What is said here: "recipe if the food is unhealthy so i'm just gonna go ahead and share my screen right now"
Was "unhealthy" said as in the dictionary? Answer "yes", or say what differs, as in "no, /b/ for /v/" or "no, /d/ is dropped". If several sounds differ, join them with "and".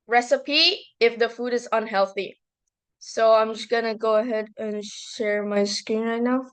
yes